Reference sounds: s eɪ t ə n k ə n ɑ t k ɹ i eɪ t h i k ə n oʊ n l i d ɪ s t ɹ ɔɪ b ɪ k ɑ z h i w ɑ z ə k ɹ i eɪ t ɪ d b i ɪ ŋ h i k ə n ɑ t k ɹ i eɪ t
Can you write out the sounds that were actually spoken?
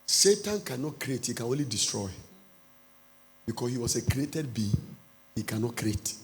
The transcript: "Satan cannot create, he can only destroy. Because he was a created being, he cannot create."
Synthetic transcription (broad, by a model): s eɪ t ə n k ə n ɑ t k ɹ i eɪ t h i k ə n oʊ n l i d ɪ s t ɹ ɔɪ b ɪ k ɑ s h i w ɑ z ə k ɹ i eɪ t ɪ d b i h i k ə n ɑ t k ɹ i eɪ t